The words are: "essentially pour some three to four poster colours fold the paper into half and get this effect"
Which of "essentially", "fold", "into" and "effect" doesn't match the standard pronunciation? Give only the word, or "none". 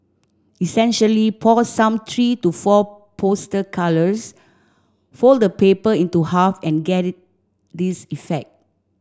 none